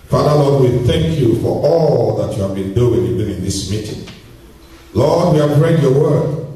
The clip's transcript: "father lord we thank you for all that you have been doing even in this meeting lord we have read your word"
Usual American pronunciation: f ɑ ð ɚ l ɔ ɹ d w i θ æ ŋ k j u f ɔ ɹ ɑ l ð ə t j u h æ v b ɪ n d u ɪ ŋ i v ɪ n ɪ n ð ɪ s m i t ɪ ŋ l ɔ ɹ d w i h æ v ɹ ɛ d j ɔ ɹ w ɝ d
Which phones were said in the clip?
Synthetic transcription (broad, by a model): f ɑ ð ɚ l ɔ d w i θ æ ŋ k j u f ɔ ɹ ɑ l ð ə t j u h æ v b ɪ n d u ɪ ŋ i b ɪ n ɪ n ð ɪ s m i t ɪ ŋ l ɔ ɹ d w i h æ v ɹ ɛ d j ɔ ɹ w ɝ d